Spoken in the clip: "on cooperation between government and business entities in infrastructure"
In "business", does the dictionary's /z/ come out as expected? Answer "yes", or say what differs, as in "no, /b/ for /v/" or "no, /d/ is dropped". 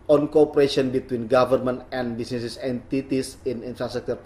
no, /s/ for /z/